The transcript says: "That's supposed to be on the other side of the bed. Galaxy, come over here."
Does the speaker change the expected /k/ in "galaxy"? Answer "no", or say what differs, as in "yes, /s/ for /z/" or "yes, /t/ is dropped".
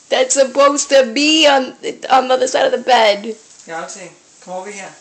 yes, /k/ is dropped